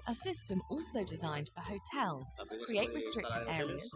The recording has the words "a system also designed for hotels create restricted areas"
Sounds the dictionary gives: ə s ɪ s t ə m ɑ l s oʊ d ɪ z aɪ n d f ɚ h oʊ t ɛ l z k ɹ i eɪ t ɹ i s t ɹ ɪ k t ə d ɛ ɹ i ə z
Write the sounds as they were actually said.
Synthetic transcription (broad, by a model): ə s ɪ s t ə m ɑ l s oʊ d ɪ z aɪ n d f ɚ h oʊ t ɛ l z k ɹ i eɪ t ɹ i s t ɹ ɪ k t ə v ɛ ɹ i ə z